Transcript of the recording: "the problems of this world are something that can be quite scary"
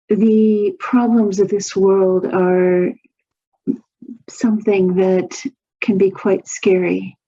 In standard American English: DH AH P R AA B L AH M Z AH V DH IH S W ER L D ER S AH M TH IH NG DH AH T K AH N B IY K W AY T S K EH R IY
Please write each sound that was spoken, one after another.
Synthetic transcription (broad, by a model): DH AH P R AA B L AH M Z AH V DH IH S W ER L D ER S AH M TH IH NG DH AH T K AH N B IY K W AY T S K EH R IY